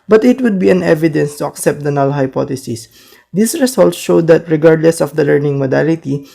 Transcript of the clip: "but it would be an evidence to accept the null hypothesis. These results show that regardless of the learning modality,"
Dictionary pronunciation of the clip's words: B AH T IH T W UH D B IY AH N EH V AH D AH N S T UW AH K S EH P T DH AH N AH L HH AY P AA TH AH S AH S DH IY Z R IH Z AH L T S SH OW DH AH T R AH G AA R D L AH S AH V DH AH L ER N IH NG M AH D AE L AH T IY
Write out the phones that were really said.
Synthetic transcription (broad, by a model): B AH T IH T W UH D B IY AH N EH V AH D AH N S T UW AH K S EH P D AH N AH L HH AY P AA T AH S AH S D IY S R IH S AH L T S SH OW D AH T R AH G AA R D L AH S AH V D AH L ER N IH NG M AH D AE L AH T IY